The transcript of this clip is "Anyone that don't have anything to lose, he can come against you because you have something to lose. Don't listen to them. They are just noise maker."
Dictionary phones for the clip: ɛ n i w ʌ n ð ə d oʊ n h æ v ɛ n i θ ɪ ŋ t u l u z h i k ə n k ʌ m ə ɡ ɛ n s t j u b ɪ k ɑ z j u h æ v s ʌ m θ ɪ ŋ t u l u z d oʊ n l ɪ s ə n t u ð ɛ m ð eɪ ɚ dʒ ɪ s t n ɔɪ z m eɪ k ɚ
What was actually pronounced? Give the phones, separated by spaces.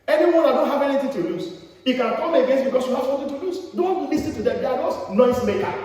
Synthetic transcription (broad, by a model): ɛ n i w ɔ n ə d oʊ n h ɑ v ɛ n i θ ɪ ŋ t u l u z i k ə n k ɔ m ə ɡ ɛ n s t b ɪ k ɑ s j u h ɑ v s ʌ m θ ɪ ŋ t u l u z d oʊ n l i s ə t u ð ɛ m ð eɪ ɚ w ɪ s n ɔɪ s m eɪ k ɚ